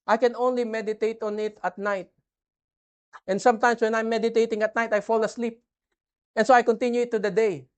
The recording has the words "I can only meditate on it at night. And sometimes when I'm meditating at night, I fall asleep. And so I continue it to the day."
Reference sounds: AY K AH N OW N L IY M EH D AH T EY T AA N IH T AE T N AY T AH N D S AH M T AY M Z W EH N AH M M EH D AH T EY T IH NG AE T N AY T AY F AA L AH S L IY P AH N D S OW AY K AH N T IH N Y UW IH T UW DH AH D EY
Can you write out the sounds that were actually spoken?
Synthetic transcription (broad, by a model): AY K AH N OW N L IY M EH D AH T EY T AA N IH T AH T N AY T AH N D S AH M T AY M S W EH N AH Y M EH D AH T EY T IH NG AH T N AY T AY F AA L AH S L IY P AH N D S OW AY K AH N T IH N Y UW IH T UW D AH D EY